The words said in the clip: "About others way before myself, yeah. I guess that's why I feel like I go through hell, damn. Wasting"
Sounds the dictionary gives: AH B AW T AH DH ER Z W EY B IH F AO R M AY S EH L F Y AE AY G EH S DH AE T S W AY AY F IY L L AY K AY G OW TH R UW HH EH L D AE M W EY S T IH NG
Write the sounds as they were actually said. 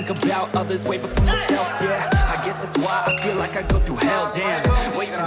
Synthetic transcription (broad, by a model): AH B AW T AH DH ER Z W EY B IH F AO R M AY S EH L F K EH AY G EH S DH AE T S W AY AY F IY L L AY K AY G OW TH UW HH EH L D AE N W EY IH